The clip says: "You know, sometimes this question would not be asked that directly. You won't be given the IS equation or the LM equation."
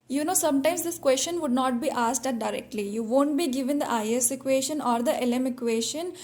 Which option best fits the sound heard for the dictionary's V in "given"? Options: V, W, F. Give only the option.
V